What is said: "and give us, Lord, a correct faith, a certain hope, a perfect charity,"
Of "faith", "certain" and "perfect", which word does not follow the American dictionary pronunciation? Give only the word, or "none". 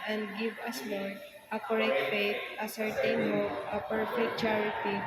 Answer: faith